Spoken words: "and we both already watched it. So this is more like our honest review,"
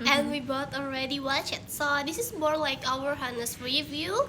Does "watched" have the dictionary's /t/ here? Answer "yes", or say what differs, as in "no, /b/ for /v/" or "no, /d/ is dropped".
no, /t/ is dropped